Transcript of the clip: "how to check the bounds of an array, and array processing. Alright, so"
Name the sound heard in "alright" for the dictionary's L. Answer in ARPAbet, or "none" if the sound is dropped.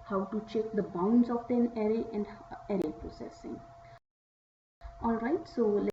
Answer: L